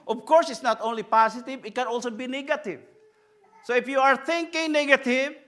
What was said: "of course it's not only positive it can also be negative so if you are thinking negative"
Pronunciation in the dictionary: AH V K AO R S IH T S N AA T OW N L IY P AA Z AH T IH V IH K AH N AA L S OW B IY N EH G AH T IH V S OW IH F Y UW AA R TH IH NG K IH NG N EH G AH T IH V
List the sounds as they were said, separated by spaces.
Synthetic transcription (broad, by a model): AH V K AO R S IH T S N AA T OW N L IY P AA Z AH T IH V IH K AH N AA L S OW B IY N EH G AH T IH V S OW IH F Y UW AA R T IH NG K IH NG N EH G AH T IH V